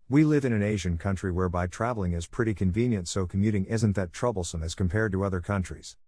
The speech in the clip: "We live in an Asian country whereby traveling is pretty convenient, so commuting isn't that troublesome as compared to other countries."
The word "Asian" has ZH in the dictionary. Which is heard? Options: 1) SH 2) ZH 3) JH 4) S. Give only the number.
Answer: 2